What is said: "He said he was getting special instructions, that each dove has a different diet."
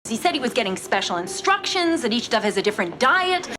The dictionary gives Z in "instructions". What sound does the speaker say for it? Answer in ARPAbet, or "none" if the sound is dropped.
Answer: Z